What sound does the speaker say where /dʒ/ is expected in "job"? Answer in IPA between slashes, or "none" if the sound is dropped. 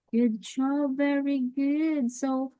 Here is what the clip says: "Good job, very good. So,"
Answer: /tʃ/